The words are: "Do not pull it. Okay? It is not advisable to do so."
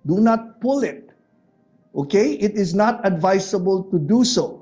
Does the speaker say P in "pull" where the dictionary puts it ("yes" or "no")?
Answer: yes